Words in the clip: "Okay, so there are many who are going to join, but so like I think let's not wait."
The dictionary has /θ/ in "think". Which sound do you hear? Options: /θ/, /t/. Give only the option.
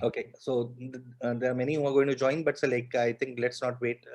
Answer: /t/